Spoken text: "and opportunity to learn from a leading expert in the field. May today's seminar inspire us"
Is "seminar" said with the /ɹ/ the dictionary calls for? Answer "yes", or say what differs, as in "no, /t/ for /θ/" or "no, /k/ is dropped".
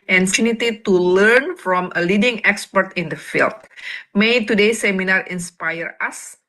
yes